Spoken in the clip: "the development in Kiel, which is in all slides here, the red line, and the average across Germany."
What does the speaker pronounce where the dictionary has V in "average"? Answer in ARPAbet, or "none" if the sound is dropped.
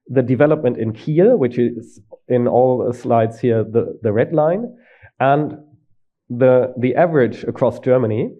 V